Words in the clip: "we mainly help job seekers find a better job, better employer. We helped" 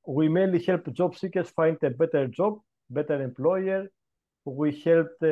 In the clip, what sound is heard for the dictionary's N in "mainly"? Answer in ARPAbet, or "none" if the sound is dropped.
none